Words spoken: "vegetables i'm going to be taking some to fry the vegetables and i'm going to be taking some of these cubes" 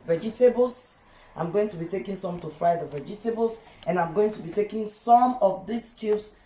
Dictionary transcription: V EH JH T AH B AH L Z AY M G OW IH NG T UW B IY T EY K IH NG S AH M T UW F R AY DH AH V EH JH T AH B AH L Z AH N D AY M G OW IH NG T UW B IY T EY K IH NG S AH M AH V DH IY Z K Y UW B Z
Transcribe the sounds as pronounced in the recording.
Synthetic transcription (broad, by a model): V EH JH T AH B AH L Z AY M G OW IH NG T UW B IY T EY K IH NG S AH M T UW F R AY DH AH V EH JH T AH B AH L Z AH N AY M G OW IH NG T UW B IY T EY K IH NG S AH M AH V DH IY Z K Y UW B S